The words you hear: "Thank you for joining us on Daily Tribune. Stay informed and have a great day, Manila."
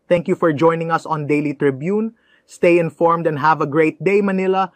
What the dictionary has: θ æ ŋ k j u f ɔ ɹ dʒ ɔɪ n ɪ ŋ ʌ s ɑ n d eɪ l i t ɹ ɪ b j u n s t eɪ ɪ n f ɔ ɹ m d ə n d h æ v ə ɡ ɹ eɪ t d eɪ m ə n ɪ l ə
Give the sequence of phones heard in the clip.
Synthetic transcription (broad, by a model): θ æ ŋ k j u f ɔ ɹ dʒ ɔɪ n ɪ ŋ ʌ s ɑ n d eɪ l i t ɹ ɪ b j u n s t eɪ ɪ n f ɔ ɹ m d ə n d h æ v ə ɡ ɹ eɪ t d eɪ m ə n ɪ l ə